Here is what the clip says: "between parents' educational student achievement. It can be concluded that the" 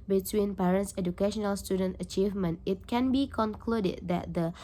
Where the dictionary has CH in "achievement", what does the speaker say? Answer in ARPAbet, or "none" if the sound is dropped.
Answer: CH